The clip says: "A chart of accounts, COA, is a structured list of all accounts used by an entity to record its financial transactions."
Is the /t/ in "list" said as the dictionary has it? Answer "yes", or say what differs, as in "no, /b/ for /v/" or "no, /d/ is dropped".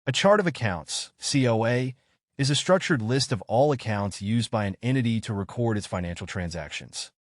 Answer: yes